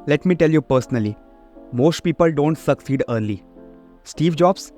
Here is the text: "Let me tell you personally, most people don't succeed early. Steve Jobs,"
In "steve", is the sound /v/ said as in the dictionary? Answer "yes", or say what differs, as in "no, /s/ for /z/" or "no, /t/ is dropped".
yes